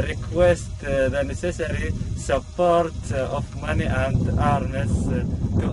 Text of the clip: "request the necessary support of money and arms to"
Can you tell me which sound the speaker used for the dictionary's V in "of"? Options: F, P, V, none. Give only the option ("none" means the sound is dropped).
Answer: F